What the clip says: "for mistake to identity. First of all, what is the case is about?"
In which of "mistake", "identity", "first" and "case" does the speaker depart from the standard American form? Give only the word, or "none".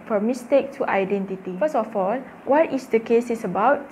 first